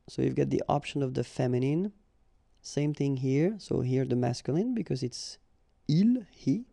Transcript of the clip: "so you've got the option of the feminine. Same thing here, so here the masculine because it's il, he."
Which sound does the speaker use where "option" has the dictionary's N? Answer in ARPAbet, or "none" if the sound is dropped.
N